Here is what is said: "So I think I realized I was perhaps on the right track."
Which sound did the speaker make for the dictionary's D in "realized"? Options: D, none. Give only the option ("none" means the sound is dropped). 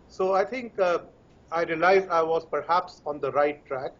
none